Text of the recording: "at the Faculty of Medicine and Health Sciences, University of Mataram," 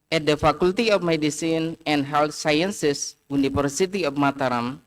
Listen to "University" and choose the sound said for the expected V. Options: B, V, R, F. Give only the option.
F